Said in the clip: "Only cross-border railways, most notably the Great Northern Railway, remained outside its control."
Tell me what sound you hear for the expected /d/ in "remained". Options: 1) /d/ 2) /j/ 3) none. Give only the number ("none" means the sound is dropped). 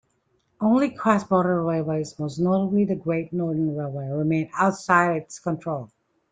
3